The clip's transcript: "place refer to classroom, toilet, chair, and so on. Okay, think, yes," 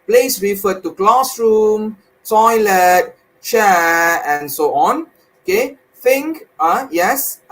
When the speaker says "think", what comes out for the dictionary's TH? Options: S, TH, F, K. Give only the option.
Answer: F